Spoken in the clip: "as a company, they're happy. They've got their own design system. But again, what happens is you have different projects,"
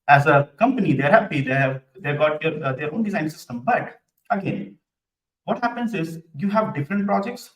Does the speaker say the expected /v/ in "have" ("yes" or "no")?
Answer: yes